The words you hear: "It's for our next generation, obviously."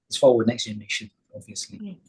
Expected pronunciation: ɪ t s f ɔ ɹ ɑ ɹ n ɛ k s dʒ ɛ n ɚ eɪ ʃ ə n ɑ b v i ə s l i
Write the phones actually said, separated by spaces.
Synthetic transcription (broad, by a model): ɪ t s f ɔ w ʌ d n ɛ k s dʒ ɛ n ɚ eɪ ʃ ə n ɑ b v i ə s l i